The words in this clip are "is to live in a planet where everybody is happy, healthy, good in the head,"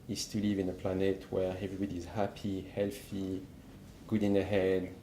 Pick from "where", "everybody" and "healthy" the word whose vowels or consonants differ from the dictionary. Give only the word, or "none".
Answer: none